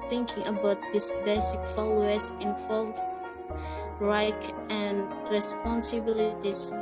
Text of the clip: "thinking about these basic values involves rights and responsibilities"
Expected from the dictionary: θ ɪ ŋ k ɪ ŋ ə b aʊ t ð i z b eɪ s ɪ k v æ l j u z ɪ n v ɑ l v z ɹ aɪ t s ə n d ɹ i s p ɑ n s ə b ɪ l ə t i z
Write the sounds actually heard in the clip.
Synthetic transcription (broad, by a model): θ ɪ ŋ k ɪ ŋ ə b aʊ t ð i s b eɪ s ɪ k f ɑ l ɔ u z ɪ n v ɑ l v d ɹ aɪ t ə n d ɹ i s p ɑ n s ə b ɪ l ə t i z